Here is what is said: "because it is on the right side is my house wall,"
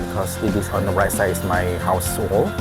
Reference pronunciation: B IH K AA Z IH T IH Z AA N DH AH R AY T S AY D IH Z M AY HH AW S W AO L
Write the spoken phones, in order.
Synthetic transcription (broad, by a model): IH K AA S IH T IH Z AA N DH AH R AY T S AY IH S M AY HH AW S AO L